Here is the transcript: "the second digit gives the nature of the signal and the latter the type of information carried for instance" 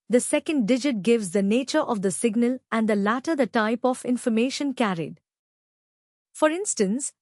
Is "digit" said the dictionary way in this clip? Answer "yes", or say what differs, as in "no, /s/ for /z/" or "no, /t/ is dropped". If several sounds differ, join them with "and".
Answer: yes